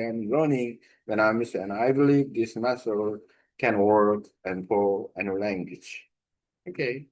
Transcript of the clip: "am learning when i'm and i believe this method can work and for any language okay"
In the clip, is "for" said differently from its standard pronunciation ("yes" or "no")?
yes